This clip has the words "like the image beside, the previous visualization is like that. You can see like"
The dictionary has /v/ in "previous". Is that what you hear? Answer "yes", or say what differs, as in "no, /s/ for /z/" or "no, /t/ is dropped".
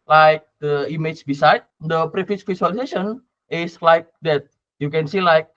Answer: no, /f/ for /v/